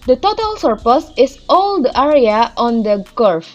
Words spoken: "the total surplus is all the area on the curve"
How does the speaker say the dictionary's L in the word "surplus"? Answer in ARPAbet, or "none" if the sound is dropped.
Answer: none